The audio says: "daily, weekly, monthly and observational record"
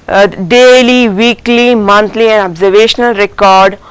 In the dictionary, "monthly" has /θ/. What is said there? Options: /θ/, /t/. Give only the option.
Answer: /t/